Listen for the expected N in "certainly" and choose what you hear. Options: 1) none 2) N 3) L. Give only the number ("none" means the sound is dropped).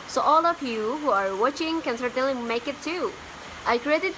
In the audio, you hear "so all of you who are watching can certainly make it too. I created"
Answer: 1